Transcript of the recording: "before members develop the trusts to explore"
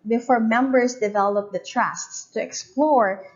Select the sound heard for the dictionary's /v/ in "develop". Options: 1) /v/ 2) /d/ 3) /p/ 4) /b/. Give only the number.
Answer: 1